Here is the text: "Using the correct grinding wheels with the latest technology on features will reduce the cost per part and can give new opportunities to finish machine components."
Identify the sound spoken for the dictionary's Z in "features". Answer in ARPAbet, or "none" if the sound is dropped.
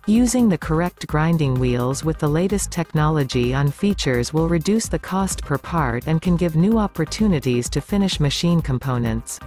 Z